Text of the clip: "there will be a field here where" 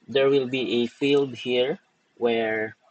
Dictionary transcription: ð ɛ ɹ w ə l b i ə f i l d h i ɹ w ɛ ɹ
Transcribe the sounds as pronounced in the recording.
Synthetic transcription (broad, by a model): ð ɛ ɹ w ə l b i ə f i l d h i ɹ w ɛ ɹ